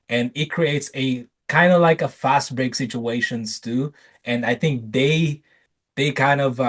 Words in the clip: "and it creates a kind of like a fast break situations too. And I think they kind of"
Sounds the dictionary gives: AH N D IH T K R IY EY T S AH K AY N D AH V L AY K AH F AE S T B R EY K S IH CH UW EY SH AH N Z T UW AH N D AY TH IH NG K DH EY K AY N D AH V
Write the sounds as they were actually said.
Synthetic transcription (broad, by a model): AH N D IH T K R IY EY T S AH K AY N D AH V L AY K AH F AE S T B R EY K S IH CH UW EY SH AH N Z T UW AH N D AY TH IH NG K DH EY K AY N D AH V